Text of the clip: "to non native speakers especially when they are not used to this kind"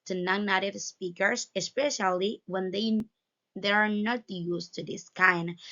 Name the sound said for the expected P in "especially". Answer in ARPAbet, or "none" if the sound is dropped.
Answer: P